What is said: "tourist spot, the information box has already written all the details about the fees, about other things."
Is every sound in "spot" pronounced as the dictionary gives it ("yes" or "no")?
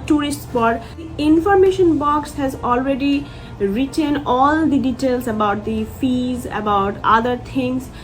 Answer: no